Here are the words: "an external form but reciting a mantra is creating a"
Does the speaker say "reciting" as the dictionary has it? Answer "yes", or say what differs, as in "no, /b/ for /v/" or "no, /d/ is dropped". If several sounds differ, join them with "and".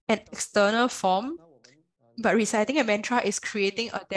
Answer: yes